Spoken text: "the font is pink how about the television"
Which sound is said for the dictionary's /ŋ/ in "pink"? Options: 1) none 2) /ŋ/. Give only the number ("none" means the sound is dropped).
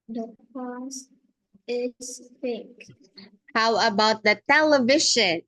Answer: 1